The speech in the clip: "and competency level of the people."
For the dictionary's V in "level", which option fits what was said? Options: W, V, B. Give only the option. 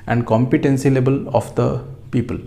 B